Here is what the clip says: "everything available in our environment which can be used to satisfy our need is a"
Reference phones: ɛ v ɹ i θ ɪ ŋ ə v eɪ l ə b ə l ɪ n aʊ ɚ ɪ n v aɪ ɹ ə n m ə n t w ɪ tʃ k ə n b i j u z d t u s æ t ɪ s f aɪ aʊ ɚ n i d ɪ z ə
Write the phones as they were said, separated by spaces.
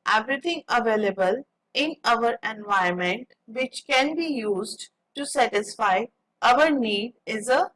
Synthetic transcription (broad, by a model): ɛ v ɹ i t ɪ ŋ ə v eɪ l ə b ə l ɪ n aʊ ɚ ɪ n v aɪ ə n m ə n t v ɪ tʃ k ə n b i j u z d t u s æ t ɪ s f aɪ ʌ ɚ n i d ɪ z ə